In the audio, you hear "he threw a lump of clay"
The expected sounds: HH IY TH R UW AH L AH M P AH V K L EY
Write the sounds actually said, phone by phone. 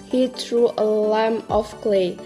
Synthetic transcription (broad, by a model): HH IY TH R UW AH L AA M AH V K L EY